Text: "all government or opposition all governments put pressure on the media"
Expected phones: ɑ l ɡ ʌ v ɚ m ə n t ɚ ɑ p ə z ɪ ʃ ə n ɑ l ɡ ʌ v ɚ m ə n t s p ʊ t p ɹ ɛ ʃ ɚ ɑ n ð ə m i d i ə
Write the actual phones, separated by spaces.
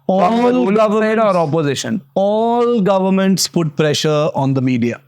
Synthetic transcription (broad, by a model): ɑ l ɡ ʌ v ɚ ə t ɑ p ə z ɪ ʃ ə n ɑ l ɡ ʌ v ɚ m ə n t s p ʊ t p ɹ ɛ ʃ ɚ ɑ n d ə m i d i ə